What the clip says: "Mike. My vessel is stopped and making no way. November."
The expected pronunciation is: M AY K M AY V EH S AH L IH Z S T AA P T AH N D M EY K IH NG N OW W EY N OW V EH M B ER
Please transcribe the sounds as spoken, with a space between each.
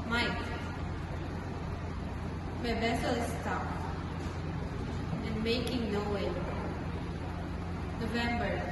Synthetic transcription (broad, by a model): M AY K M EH B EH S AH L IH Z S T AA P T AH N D M EY K IH NG N OW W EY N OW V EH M B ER